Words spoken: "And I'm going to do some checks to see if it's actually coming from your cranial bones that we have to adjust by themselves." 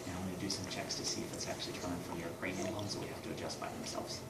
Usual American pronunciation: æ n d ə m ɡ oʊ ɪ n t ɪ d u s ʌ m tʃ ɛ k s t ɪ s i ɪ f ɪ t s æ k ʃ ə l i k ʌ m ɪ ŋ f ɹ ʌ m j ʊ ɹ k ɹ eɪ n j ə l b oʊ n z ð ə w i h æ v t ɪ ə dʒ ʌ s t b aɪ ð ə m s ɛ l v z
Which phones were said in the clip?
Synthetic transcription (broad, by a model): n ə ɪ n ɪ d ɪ s ʌ m tʃ ɛ k s t ɪ s i ɪ f ɪ t s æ k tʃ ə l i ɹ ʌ ɪ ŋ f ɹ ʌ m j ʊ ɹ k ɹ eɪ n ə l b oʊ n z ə w i h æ f t ɪ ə dʒ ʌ s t b aɪ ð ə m s ɛ l v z